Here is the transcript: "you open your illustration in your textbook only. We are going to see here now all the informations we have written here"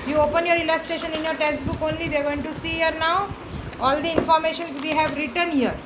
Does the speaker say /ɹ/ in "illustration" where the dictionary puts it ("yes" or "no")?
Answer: no